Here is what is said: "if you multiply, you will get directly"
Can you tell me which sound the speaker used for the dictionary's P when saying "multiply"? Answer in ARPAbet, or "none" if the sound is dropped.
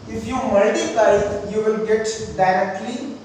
none